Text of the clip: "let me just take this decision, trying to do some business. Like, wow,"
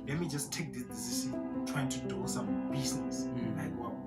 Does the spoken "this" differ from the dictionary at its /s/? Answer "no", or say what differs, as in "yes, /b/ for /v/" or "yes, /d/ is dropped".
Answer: yes, /s/ is dropped